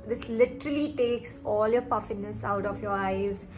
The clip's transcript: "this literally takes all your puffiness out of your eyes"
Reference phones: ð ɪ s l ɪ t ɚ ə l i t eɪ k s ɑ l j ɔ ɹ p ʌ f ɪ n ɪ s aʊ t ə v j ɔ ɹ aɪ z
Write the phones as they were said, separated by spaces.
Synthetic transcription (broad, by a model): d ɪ s l ɪ t ɚ ə l i t eɪ k s ɑ l j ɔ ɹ p ʌ f ɪ n ɪ s aʊ t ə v j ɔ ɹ aɪ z